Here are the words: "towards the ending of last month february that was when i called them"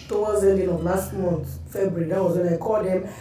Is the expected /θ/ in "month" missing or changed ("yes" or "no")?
yes